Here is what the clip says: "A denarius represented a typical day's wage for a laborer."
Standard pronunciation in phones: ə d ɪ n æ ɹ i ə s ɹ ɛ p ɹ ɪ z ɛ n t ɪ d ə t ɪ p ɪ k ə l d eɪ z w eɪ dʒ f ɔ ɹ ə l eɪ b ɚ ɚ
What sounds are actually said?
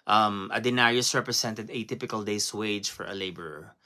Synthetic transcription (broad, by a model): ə d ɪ n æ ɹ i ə s ɹ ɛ p ɹ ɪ s ɛ n t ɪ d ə t ɪ p ɪ k ə l d eɪ s w eɪ dʒ f ɔ ɹ ə l eɪ b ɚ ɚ